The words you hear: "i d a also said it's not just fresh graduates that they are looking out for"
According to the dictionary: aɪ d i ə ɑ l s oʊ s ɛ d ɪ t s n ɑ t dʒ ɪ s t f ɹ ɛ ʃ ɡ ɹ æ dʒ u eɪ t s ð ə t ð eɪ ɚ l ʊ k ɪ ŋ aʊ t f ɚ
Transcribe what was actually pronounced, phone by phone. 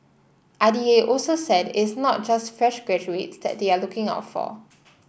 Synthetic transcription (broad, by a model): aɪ d i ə ɑ l s oʊ s ɛ d ɪ t s n ɑ t dʒ ɪ s t f ɹ ɛ ʃ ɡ ɹ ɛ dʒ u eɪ t s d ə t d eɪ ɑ l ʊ k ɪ ŋ aʊ t f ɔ